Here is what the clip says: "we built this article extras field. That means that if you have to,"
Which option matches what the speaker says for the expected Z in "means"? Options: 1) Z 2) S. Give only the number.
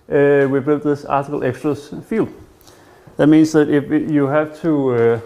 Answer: 2